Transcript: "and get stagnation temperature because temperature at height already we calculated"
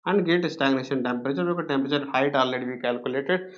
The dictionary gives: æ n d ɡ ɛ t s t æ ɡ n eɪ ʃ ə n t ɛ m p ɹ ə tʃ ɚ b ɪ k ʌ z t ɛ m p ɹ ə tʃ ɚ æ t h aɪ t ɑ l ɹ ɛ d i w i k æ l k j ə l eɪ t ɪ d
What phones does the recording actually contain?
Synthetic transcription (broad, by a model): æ n d ɡ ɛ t s t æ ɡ n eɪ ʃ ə n t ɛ m p ɹ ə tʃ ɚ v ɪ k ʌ t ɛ m p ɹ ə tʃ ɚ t h aɪ t ɑ l ɹ ɛ d i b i k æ l k j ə l eɪ t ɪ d